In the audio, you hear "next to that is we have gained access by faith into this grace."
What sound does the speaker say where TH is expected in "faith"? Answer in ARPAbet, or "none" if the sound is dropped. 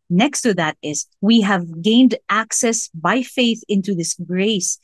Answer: TH